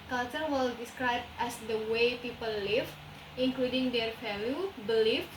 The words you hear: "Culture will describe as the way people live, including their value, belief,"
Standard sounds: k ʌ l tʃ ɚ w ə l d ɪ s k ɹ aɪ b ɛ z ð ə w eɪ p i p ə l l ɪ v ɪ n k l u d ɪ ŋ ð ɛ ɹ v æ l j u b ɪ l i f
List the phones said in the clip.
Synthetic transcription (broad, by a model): k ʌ l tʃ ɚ w ə l d ɪ s k ɹ aɪ b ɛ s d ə w eɪ p i p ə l l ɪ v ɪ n k l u d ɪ ŋ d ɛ ɹ f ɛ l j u b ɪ l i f